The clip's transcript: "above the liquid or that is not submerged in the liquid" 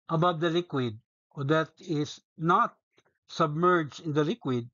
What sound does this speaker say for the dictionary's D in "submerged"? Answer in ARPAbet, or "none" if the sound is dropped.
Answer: none